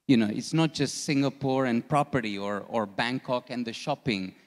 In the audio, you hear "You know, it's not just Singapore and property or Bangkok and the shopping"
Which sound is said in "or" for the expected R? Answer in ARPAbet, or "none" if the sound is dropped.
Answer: R